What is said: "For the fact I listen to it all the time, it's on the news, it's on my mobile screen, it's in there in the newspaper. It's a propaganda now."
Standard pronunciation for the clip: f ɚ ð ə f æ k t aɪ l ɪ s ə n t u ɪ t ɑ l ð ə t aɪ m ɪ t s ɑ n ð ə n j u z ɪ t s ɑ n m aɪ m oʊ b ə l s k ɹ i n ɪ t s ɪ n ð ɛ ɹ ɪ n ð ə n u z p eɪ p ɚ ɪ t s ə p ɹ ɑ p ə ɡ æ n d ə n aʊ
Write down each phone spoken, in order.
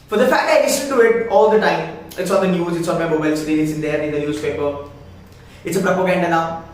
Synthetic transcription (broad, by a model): f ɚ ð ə f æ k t aɪ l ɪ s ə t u ɪ t ɑ l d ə t aɪ m ɪ t s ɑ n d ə n j u z ɪ t s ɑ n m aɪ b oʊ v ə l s ɹ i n ɪ t s ɪ n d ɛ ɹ ɪ n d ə n u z p eɪ p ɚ ɪ t s ə p ɹ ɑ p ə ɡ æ n d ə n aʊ